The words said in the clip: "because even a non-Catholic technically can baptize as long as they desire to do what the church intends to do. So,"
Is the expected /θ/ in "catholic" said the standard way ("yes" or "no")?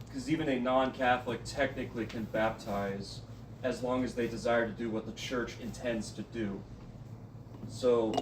yes